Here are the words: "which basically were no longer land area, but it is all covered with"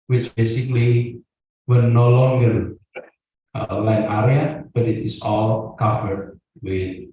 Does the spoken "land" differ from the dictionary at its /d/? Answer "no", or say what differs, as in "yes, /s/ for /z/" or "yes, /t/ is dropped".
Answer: yes, /d/ is dropped